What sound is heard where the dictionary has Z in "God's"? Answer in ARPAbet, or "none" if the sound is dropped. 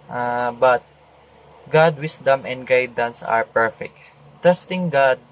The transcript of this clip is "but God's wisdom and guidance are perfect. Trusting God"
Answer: none